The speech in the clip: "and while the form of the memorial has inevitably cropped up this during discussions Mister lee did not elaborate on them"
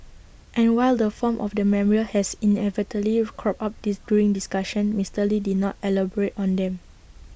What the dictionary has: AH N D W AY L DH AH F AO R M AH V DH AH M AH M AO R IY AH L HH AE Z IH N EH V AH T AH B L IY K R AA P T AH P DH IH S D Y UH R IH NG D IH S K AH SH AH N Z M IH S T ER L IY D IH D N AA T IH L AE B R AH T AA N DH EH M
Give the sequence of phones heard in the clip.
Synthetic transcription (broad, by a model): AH N W AY L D AH F AO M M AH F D AH M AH M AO R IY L HH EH S IH N EH V AH T AH B L IY K R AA P AA P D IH S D Y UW R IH NG D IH S K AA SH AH N M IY S T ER L IY D IH D N AA T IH L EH B R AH T AA N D EH M